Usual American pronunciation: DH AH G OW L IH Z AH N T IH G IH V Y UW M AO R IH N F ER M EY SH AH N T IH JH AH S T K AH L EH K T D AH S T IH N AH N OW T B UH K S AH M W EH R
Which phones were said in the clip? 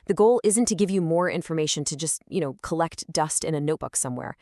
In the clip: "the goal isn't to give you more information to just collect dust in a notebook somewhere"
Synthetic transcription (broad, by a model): DH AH G OW L IH Z AH N T IH G IH V Y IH M AO R IH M F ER M EY SH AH N T IH JH AH S T K AH L EH K T D AH S T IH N AH N OW T B UH K S AH M W EH R